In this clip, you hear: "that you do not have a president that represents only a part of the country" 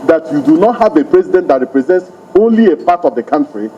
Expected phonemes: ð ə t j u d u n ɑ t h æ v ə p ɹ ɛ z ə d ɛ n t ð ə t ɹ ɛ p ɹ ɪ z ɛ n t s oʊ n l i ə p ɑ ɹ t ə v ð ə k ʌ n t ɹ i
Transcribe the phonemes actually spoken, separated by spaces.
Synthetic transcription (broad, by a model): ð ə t j u d u n ɑ t h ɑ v ə p ɹ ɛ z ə d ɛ n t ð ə t ɹ ɛ p ɹ ɪ z ɛ n t s oʊ n l i ə p ɑ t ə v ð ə k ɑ n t ɹ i